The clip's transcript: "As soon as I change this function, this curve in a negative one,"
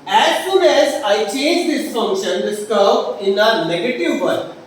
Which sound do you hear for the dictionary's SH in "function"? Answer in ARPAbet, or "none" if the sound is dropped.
SH